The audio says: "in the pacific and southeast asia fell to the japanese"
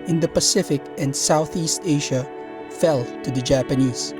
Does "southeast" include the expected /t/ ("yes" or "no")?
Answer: yes